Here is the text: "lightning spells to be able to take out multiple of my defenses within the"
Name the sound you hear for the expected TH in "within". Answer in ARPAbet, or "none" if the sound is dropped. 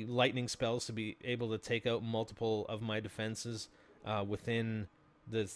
TH